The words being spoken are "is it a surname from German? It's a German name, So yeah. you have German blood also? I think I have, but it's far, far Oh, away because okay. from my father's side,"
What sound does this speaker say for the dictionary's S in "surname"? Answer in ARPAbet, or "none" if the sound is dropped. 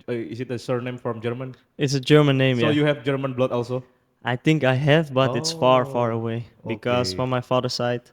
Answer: S